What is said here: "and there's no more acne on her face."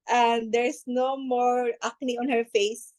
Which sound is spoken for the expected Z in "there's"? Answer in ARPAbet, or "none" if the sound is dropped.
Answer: S